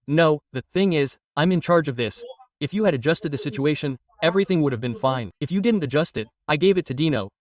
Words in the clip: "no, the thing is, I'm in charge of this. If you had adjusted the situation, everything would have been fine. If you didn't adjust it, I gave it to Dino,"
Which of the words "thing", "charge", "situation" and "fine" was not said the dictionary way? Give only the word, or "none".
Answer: none